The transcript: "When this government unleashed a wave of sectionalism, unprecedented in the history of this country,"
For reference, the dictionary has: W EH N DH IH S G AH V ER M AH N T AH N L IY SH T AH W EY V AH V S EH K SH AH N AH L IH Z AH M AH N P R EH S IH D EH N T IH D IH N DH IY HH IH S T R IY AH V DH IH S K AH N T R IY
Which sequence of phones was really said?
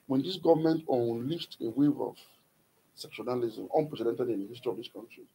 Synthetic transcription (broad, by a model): W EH N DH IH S G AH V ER M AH N T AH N L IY S T AH W EY V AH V S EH K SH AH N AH L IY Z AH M AH N P R EH S IH D EH N T IH D IH N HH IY S T R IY AH V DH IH S K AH N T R IY